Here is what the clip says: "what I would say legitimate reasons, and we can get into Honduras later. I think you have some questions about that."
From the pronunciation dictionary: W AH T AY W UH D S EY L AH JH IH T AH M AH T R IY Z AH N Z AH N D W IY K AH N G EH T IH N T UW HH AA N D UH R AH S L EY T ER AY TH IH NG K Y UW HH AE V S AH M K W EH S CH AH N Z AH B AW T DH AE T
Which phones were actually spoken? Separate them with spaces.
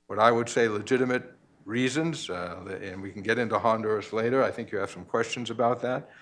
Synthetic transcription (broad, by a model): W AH T AY W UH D S EY L AH JH IH T AH M AH T R IY Z AH N Z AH N W IY K N G EH T IH N T UW HH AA N D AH R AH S L EY T ER AY TH IH NG K Y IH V S AH M K W EH S CH AH N Z AH B AW T DH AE T